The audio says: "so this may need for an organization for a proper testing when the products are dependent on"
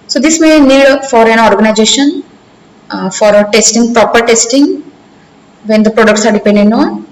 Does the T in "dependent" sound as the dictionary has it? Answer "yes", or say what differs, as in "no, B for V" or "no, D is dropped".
no, T is dropped